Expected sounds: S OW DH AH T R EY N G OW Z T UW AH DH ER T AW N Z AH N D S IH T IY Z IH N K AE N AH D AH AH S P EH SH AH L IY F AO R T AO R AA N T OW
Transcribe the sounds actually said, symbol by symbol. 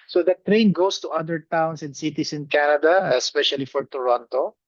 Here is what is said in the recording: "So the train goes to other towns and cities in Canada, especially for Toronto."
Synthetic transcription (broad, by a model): S OW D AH T R EY N G OW S T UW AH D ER T AW N S AH N D S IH T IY S IH N K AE N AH D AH AH S P EH SH AH L IY F AO R T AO R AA N T OW